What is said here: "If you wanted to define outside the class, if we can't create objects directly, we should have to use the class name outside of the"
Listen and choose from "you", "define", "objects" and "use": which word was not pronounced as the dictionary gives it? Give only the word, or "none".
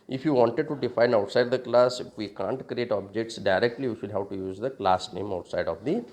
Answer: none